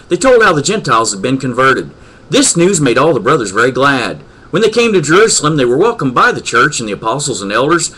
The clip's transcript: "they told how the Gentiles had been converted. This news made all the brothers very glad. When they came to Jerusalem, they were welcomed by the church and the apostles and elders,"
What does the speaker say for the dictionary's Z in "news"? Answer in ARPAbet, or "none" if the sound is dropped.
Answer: Z